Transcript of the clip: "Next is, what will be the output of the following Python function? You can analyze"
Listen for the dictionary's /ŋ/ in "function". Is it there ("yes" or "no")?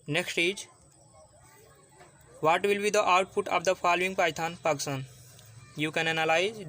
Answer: no